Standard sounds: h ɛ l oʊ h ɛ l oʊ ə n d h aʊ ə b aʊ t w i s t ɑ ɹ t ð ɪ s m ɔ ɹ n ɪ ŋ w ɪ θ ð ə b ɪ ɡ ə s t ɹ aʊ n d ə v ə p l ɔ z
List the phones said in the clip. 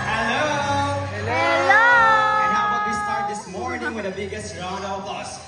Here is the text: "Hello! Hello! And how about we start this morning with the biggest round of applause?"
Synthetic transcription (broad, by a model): h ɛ l oʊ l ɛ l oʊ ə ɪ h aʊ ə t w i s t ɑ ɹ t ð ɪ s m ɔ ɹ n ɪ ŋ w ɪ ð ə b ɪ ɡ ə s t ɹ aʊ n ə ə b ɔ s